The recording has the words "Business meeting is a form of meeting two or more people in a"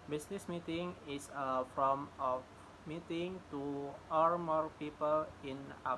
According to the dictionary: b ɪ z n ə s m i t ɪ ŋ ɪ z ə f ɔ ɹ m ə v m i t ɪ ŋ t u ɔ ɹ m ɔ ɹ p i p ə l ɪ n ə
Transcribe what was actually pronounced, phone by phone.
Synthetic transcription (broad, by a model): b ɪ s n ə s m i t ɪ ŋ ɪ s ə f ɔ m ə f m i t ɪ ŋ t u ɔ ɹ m ɔ ɹ p i p ə l ɪ n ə